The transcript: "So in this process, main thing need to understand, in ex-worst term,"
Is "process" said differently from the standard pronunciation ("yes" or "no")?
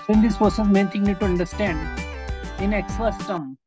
yes